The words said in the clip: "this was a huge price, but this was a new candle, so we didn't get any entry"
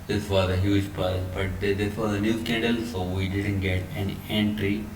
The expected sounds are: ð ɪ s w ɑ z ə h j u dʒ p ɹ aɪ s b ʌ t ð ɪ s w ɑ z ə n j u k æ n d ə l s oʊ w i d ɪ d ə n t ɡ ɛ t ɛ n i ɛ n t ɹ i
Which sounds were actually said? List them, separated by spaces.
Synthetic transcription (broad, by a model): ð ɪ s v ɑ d ə h j u dʒ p aɪ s b ʌ t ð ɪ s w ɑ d ə n j u k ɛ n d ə l s oʊ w i d ɪ d ə n t ɡ ɛ t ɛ n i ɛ n t ɹ i